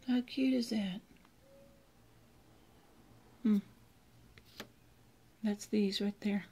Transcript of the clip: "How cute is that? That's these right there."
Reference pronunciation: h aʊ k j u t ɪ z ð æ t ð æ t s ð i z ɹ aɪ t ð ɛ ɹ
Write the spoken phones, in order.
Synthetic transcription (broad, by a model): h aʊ k j u t ɪ z ð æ t ð æ t s ð i z ɹ aɪ t ð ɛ ɹ